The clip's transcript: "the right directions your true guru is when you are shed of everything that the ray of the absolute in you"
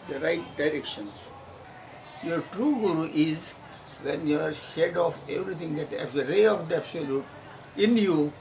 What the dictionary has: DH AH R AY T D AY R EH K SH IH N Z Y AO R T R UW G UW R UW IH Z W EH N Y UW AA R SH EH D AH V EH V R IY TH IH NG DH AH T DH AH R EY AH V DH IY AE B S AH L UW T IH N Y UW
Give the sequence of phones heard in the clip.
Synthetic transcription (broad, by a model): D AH R AY T D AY R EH K SH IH N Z Y AO R T R UW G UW R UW IH Z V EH N Y UW AA R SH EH D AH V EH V R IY T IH NG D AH T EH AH R EY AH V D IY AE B S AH L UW T IH N Y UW